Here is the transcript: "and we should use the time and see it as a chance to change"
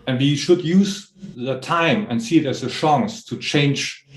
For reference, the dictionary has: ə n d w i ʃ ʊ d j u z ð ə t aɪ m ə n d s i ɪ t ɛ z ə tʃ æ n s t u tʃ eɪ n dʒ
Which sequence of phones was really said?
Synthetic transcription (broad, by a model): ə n w i ʃ ʊ d j u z ð ə t aɪ m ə n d s i ɪ t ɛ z ə ʃ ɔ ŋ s t u tʃ eɪ n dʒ